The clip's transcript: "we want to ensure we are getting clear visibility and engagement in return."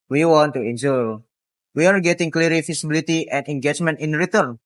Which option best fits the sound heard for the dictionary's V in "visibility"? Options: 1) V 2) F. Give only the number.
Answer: 2